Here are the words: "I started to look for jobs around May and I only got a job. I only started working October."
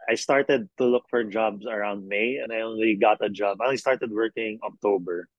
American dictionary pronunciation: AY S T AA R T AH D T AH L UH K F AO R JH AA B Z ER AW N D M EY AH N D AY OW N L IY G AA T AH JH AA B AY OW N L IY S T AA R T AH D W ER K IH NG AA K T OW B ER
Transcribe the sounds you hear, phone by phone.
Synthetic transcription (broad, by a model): AY S T AA R T AH D T AH L UH K F AO R JH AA B S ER AW N D M EY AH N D AY OW N L IY G AA T AH JH AA B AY OW N L IY S T AA R T AH D W ER K IH NG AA K T OW B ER